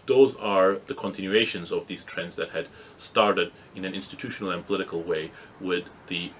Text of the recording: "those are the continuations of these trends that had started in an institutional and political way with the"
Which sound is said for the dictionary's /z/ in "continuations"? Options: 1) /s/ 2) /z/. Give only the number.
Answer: 2